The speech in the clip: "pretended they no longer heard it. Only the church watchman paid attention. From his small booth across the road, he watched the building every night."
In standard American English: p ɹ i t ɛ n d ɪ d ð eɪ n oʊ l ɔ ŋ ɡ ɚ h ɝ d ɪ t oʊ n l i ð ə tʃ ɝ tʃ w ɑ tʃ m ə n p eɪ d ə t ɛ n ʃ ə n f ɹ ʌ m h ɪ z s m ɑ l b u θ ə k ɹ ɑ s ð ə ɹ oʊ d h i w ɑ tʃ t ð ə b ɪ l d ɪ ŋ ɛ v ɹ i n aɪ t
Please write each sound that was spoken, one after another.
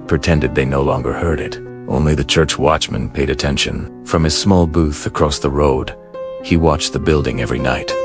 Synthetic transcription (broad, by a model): p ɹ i t ɛ n d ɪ d ð eɪ n oʊ l ɔ ŋ ɡ ɚ h ɝ d ɪ t oʊ n l i ð ə tʃ ɝ tʃ w ɑ tʃ m ə n p eɪ d ə t ɛ n ʃ ə n f ɹ ʌ m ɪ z s m ɑ l b u θ ə k ɹ ɑ s ð ə ɹ oʊ d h i w ɑ tʃ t ð ə b ɪ l d ɪ ŋ ɛ v ɹ i n aɪ t